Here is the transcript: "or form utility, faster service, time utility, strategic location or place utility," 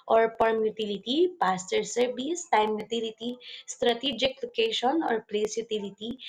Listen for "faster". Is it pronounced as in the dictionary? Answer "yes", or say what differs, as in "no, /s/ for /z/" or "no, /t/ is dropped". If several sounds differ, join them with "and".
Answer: no, /p/ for /f/